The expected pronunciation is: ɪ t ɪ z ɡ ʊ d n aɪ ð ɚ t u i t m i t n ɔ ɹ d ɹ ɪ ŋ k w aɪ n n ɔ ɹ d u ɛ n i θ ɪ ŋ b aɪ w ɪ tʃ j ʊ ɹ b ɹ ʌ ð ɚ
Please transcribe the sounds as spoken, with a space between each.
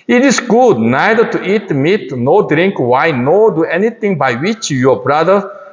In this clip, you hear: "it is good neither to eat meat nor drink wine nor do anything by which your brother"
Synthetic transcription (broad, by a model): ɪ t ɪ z ɡ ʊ d n aɪ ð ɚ t u i t m i t n ɔ d ɹ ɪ ŋ k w aɪ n n ɔ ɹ d u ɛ n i t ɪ ŋ b aɪ w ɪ tʃ j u b ɹ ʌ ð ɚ